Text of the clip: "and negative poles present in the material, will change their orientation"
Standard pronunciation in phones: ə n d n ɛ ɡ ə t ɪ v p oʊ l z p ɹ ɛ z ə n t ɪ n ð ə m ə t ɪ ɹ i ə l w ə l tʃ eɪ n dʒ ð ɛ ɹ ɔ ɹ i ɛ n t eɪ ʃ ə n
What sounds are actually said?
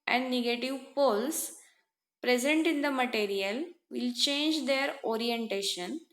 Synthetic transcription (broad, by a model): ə n d n ɛ ɡ ə t ɪ v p oʊ l s p ɹ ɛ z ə n t ɪ n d ə m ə t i ɹ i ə l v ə l tʃ eɪ n dʒ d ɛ ɹ ɔ ɹ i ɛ n t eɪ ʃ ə n